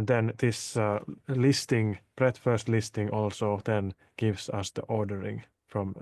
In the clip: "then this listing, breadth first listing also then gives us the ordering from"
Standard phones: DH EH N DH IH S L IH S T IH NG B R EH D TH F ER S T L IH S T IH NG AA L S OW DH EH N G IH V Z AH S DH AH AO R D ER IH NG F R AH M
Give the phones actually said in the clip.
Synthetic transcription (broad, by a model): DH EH N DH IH S L IH S T IH NG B R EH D F ER S T L IH S T IH NG AA L S OW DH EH N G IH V S AH S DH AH AO R D ER IH NG F R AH M